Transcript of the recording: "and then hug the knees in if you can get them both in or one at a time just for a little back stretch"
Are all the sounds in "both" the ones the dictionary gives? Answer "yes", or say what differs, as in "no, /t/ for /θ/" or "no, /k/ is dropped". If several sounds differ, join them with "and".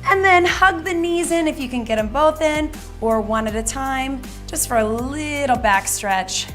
yes